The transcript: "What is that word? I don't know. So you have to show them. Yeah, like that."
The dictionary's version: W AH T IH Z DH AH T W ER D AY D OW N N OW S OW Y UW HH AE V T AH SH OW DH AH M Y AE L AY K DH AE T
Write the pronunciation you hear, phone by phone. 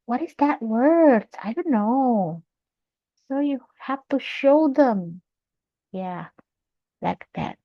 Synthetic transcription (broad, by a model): W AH T IH Z DH AH T W ER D AY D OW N N OW S OW Y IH HH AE F T AH SH OW DH AH M Y AE L AY K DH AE T